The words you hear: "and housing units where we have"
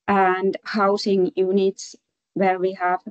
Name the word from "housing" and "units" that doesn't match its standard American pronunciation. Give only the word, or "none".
housing